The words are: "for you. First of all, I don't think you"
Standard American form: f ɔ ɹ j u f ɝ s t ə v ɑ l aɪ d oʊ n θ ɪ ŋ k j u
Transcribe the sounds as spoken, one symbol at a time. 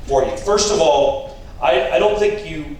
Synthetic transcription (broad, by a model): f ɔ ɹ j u f ɝ s t ə v ɑ l aɪ d oʊ n θ ɪ ŋ k j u